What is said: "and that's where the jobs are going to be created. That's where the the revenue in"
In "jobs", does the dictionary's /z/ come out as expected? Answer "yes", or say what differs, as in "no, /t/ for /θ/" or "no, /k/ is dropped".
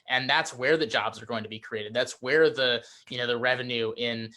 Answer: yes